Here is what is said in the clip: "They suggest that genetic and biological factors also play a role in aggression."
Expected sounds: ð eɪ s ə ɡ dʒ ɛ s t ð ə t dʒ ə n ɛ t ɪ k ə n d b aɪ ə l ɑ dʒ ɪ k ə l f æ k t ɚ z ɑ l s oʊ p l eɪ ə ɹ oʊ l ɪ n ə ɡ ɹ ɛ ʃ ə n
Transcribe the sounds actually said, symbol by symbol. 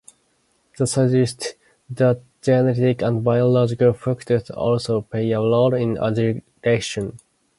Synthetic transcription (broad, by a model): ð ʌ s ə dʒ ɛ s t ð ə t dʒ ə n ɛ t ɪ k ə n d b aɪ ə l ɑ dʒ ɪ k ə l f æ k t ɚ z ɑ l s oʊ p eɪ ə l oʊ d ɪ n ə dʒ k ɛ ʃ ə n